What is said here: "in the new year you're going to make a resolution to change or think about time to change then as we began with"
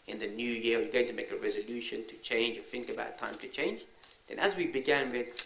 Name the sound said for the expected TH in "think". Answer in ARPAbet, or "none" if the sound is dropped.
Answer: TH